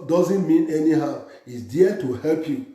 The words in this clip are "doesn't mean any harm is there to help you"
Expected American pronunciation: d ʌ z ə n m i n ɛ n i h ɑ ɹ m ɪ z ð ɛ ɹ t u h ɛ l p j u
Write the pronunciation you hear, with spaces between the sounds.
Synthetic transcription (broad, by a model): d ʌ z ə n m i n ɛ n i h ɑ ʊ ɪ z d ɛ t u h ɛ l p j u